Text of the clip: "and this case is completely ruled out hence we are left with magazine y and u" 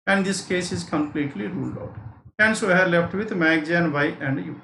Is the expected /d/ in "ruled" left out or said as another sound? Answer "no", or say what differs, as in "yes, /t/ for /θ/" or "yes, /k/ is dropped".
no